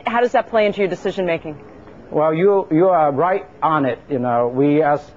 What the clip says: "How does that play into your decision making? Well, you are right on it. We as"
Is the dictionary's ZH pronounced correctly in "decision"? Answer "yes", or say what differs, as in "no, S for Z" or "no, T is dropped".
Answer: yes